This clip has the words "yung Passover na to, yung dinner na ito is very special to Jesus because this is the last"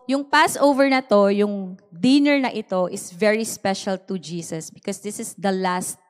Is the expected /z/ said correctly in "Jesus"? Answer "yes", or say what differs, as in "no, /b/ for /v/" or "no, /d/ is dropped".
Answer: no, /s/ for /z/